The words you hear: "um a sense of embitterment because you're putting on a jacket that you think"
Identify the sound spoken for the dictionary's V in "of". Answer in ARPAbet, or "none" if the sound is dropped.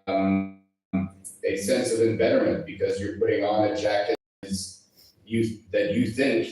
V